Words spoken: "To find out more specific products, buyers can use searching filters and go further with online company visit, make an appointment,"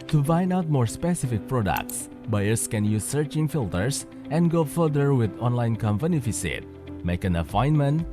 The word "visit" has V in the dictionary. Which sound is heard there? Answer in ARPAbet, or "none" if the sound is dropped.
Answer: F